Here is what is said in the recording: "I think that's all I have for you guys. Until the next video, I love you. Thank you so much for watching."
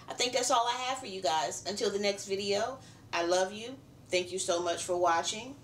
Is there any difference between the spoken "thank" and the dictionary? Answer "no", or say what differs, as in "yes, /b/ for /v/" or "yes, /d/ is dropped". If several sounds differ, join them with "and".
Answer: no